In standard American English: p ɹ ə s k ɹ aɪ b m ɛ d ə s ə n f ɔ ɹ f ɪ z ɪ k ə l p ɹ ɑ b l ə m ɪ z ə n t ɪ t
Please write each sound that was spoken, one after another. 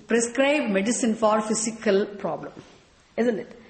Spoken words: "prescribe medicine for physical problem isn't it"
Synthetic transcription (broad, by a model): p ɹ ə s k ɹ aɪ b m ɛ d ə s ə n f ɔ ɹ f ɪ s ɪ k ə l p ɹ ɑ b l ə m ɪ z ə n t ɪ t